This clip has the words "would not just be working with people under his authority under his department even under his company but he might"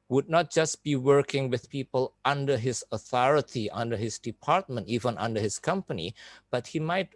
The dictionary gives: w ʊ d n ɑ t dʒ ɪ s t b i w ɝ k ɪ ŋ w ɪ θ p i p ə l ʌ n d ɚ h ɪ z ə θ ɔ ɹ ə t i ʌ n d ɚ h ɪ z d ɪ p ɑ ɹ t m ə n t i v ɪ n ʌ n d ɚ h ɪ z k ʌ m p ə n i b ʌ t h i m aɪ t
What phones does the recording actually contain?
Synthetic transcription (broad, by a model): w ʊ d n ɑ t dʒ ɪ s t b i w ɝ k ɪ ŋ w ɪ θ p i p ə l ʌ n d ɚ h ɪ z ə θ ɔ ɹ ə t i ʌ n d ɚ h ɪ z d ɪ p ɑ ɹ t m ə n t i v ɪ n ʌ n d ɚ h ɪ s k ʌ m p ə n i b ʌ t h i m aɪ t